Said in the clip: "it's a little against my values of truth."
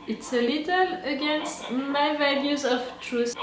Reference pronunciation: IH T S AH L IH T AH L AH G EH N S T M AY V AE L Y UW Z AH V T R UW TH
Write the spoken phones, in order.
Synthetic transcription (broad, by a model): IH T S AH L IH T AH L AH G EH N S T M AY V AE L Y UW Z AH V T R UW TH